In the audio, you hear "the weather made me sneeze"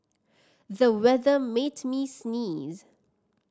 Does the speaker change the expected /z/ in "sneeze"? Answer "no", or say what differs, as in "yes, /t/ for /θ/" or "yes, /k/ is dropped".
no